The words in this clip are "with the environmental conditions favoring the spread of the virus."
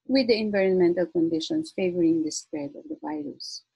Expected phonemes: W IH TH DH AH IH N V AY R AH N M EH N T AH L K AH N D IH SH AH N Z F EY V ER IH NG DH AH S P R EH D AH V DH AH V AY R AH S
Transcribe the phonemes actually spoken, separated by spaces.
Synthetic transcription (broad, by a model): W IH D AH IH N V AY R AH N M EH N T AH L K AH N D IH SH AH N S F EY V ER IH NG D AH S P R EH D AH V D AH V AY R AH S